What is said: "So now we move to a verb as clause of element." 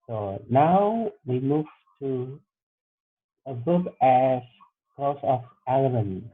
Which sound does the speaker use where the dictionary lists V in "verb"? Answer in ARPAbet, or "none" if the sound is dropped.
B